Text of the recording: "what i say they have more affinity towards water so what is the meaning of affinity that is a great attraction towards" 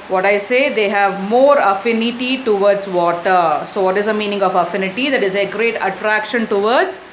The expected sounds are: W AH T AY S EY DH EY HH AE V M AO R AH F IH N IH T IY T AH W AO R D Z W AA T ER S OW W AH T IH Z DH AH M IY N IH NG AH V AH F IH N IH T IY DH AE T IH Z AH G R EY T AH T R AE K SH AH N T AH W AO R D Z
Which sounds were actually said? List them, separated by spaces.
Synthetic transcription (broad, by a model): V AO T AY S EY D EY HH AE V M AO R AH F IH N IH T IY T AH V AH R D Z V AA T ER S OW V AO T IH Z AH M IY N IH NG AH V AH F IH N IH T IY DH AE T IH Z AH G R EY T AH T R AE K SH AH N T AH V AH R D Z